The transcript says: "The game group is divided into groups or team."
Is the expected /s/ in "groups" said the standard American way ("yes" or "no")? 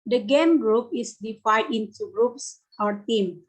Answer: yes